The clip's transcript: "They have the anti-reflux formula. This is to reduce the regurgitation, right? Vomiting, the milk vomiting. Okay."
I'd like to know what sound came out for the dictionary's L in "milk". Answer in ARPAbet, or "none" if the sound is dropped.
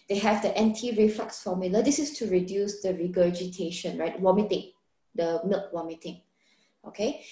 L